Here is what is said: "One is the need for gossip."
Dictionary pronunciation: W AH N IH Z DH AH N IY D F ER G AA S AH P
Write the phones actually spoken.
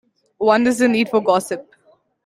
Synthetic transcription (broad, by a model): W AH N IH Z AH N IY D F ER G AA S AH P